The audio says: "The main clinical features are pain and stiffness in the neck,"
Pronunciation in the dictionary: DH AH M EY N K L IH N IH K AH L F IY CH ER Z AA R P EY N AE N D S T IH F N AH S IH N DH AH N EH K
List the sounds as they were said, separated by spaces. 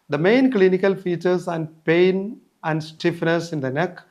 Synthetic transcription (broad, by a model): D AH M EY N K L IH N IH K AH L F IY CH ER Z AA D P EY N AE N D S T IH F N AH S IH N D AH N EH K